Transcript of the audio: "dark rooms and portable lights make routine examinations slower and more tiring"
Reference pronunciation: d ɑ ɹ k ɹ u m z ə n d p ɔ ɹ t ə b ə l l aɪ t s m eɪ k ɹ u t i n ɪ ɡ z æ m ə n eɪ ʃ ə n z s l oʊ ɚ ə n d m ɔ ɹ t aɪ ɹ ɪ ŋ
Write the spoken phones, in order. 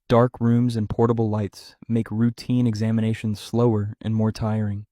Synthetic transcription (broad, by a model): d ɑ ɹ k ɹ u m z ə n p ɔ ɹ t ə b l l aɪ t s m eɪ k ɹ u t i n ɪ ɡ z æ m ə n eɪ ʃ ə n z s l oʊ ɚ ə n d m ɔ ɹ t aɪ ɹ ɪ ŋ